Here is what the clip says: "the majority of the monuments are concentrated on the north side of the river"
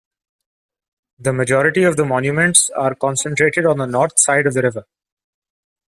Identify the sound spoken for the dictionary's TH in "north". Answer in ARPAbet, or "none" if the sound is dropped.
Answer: T